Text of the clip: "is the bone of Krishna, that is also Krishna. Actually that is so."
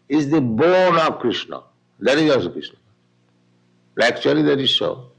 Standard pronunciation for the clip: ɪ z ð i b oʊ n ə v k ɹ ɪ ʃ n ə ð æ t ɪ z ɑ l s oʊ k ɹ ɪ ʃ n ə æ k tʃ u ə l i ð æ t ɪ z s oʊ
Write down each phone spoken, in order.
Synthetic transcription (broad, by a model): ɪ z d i b oʊ n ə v k ɹ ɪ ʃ n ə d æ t ɪ z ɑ s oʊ k ɹ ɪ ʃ n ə æ k tʃ u ə l i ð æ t ɪ z s oʊ